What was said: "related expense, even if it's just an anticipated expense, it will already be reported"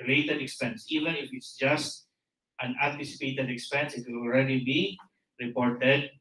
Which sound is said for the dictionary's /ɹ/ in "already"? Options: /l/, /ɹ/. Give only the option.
/ɹ/